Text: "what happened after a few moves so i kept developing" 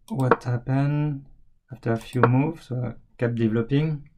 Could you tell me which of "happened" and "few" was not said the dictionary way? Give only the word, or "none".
happened